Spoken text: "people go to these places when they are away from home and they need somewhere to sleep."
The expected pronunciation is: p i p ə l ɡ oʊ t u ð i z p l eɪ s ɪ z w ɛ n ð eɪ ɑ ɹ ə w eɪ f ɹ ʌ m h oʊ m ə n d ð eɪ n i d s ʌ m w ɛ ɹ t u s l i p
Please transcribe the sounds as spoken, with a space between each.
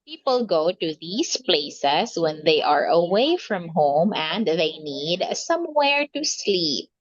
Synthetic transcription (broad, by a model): p i p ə l ɡ oʊ t u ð i s p l eɪ s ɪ s w ɛ n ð eɪ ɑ ɹ ə w eɪ f ɹ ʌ m h oʊ m ə n d ð eɪ n i d s ʌ m w ɛ ɹ t u s l i p